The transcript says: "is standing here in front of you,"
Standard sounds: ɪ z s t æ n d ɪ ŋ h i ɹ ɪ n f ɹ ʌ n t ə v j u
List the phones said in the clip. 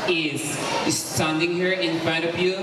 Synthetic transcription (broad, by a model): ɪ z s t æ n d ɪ ŋ h i ɹ ɪ n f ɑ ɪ t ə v j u